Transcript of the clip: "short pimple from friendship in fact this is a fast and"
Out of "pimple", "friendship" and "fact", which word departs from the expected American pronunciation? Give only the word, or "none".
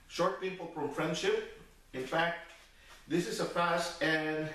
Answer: pimple